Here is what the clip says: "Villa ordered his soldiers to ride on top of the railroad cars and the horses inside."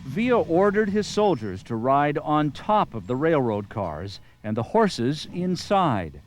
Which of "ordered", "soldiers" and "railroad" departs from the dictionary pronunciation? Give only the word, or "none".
none